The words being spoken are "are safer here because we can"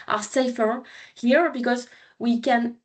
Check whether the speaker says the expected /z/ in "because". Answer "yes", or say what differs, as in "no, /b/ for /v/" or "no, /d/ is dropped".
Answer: yes